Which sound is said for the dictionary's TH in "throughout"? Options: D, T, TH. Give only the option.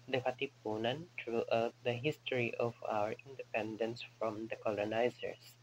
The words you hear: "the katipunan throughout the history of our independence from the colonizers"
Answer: T